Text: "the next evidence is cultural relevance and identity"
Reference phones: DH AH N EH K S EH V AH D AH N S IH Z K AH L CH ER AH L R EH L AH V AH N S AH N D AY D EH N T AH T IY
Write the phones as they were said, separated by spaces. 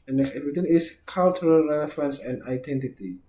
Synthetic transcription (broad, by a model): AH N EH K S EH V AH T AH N IH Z K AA L CH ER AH L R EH L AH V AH N S AH N D AY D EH N T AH T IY